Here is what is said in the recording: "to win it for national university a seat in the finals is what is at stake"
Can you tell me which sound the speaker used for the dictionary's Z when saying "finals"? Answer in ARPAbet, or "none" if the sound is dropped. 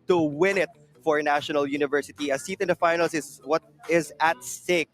S